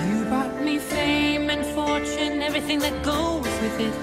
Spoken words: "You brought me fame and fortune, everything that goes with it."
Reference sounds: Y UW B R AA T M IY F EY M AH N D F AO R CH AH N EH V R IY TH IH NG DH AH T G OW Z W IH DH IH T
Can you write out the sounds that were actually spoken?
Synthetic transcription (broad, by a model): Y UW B AA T M IY F EY M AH N F AO R CH AH N EH V R IY TH IH NG DH AH T G OW Z W IH DH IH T